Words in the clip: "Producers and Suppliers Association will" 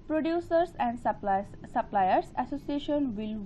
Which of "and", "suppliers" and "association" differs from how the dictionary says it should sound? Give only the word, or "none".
suppliers